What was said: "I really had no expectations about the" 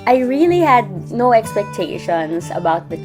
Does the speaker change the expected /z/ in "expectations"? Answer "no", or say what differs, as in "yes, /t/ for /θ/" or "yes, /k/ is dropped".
yes, /s/ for /z/